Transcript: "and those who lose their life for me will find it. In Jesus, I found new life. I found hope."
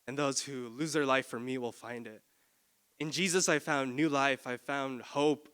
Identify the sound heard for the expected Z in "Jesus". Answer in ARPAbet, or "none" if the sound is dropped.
Z